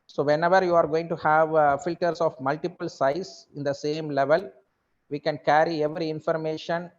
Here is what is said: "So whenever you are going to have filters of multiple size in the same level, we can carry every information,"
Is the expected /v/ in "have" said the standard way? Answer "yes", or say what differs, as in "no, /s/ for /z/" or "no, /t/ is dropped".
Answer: yes